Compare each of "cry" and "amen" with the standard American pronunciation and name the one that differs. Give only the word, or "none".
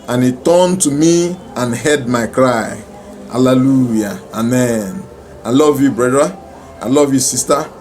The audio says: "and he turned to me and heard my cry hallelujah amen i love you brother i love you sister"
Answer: none